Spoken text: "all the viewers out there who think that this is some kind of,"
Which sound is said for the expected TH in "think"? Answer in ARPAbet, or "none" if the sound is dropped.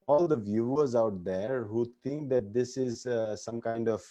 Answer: T